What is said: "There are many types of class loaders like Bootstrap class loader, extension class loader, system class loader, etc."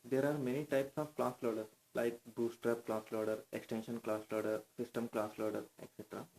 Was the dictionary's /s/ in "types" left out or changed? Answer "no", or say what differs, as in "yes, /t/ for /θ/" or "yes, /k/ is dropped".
no